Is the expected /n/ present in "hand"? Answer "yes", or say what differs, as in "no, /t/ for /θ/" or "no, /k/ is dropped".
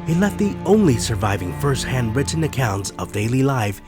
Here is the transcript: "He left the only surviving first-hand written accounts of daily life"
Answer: yes